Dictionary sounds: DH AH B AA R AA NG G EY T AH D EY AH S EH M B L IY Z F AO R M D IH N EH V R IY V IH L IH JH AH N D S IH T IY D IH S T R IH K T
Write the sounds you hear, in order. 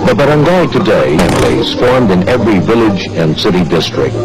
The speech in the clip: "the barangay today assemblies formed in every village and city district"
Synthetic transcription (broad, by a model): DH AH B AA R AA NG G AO T AH D EY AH EH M L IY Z F AO R M D IH N EH V R IY V IH L IH JH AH N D S IH T IY D IH S T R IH K T